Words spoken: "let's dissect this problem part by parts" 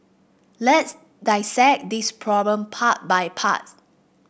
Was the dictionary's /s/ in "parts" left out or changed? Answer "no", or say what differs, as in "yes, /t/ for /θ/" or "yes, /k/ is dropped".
yes, /s/ is dropped